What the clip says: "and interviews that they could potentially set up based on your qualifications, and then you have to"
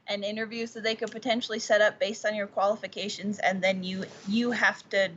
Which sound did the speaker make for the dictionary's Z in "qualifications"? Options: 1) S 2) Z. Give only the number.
2